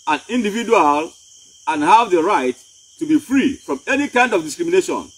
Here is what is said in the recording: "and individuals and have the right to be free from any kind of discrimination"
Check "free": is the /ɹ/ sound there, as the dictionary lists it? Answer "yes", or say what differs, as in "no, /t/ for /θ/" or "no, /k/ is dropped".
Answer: yes